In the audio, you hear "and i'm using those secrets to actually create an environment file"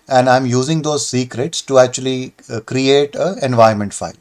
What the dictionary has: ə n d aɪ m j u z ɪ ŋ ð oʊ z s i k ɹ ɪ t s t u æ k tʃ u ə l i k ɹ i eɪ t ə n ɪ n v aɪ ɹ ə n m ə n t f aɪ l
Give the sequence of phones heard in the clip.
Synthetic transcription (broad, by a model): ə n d aɪ m j u z ɪ ŋ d oʊ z s i k ɹ ɪ t s t u æ k tʃ u ə l i k ɹ i eɪ t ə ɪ n v aɪ ə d m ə n t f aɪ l